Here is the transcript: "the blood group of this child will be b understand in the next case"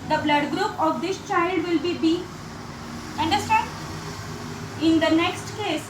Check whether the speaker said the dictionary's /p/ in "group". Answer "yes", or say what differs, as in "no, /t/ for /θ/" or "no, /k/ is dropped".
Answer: yes